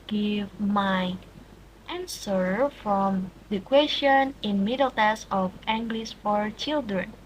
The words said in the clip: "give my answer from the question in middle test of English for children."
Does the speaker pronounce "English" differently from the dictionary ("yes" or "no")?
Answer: yes